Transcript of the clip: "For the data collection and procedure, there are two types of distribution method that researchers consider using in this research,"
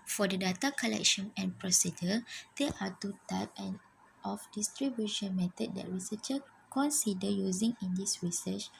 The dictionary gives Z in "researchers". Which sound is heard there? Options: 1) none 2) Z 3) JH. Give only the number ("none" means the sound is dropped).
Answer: 1